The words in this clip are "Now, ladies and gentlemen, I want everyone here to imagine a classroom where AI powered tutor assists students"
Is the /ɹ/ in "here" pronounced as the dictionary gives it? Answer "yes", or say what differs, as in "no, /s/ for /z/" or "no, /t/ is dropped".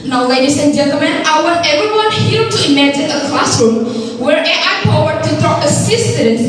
no, /l/ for /ɹ/